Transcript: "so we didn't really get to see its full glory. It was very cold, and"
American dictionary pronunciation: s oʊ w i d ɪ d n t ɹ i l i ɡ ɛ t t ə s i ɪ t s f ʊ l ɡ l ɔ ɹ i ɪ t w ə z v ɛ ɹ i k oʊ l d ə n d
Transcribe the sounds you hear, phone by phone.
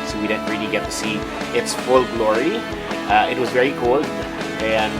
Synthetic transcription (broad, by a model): s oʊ w i d ɪ d n t ɹ i l i ɡ ɛ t t ə s i ɪ t s f ʊ l ɡ l ɔ ɹ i ɪ t w ə z v ɛ ɹ i k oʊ l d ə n